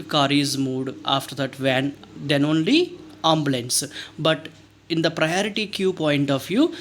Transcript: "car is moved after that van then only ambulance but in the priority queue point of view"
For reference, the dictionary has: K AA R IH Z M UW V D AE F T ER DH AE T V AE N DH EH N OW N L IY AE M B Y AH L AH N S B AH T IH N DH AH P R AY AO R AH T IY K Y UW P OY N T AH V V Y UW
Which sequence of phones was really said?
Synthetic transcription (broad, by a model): K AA R IH Z M UW D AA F T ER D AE T V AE N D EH N OW N L IY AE M B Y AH L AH N S B AH T IH N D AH P R AY AO R AH T IY K Y UW P OY N T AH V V Y UW